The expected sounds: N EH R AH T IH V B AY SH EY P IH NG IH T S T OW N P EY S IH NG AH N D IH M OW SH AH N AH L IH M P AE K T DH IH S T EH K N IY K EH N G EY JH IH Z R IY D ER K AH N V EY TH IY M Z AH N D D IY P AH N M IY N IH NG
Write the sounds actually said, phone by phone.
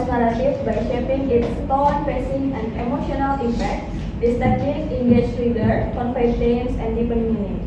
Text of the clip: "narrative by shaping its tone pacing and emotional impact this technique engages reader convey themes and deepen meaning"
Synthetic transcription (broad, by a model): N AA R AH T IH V B AY SH EY P IH NG IH T S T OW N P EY S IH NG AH N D IH M OW SH AH N AH L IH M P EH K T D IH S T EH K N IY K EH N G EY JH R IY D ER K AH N F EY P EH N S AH N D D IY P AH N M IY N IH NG